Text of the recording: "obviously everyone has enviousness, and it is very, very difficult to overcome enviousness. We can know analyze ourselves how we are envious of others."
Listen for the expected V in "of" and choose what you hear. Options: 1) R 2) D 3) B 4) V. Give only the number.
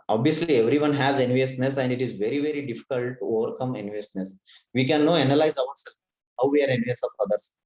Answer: 3